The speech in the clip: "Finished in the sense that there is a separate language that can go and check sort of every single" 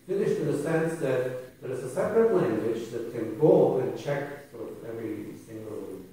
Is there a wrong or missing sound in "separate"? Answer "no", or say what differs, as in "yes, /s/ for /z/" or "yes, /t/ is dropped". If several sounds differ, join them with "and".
no